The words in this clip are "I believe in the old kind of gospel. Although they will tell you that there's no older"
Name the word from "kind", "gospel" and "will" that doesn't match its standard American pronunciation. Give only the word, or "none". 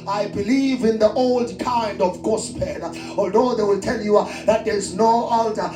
gospel